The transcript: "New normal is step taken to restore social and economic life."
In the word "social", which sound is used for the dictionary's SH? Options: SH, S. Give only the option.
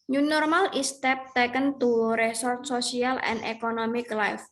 S